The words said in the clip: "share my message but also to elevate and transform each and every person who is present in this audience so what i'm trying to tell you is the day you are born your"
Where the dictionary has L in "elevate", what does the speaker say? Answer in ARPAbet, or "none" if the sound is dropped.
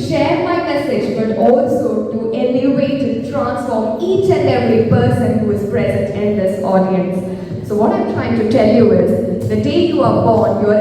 N